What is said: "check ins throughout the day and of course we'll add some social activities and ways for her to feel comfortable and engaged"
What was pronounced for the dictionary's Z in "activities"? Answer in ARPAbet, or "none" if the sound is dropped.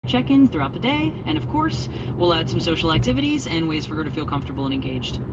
Z